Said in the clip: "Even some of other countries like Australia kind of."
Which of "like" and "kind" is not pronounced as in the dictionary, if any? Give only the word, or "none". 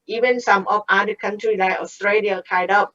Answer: kind